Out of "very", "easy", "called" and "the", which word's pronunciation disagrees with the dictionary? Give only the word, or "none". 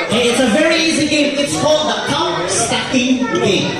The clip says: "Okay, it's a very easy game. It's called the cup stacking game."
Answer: none